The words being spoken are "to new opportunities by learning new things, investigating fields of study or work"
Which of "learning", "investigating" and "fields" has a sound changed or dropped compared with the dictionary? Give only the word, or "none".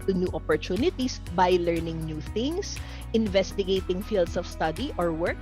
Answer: fields